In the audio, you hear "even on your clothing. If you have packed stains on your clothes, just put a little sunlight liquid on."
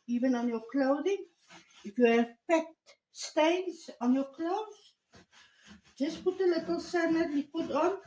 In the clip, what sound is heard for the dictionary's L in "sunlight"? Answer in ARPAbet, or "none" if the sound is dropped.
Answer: none